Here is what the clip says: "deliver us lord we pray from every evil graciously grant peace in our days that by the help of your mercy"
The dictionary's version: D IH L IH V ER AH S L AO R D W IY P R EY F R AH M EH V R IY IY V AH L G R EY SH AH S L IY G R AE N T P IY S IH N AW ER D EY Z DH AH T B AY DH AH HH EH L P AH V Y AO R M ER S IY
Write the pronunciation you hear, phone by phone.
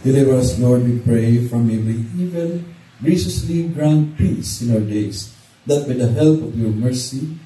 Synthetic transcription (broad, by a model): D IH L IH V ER AH S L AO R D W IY P R EY F R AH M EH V IY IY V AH N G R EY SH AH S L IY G R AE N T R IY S IH N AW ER D EY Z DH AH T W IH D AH HH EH L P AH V Y AO R M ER S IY